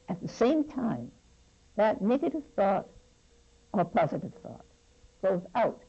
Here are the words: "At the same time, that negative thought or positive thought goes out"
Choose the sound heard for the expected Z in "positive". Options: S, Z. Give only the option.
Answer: Z